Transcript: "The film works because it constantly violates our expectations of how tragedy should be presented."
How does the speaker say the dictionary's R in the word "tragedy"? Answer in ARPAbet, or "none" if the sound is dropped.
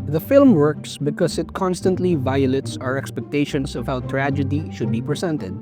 R